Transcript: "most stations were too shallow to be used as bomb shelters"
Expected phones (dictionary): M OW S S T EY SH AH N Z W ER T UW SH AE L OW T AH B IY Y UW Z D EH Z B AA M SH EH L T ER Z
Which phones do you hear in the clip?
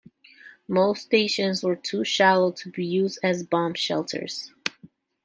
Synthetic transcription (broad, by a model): M OW S S T EY SH AH N Z W ER T UW SH AE L OW T AH B IY Y UW Z D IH Z B AA M SH EH L T ER Z